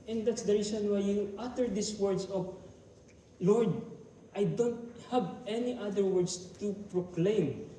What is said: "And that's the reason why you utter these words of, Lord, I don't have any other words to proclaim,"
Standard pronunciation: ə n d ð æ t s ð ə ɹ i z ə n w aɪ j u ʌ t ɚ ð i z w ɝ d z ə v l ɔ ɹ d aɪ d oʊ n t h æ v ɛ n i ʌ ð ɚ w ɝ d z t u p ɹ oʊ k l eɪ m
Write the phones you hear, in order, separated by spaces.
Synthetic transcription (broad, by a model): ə n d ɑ t s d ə ɹ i s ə n w aɪ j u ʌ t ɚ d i s w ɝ d s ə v l ɔ ɹ d aɪ d oʊ n t h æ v ɛ n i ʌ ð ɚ w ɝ d s t u p ɹ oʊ k l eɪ m